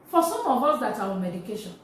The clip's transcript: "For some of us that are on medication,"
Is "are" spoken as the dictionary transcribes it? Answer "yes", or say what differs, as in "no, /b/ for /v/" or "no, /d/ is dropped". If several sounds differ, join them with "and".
no, /w/ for /ɹ/